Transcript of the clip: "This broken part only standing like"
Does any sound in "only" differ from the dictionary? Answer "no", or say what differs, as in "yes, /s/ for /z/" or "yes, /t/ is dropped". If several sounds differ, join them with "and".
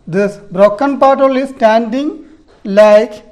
yes, /n/ is dropped